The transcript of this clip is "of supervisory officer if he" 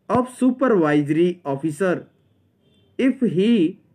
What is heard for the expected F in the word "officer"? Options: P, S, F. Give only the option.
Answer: P